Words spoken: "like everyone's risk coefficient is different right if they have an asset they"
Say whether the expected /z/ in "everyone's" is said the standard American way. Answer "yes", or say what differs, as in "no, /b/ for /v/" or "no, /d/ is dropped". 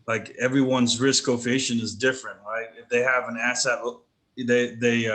yes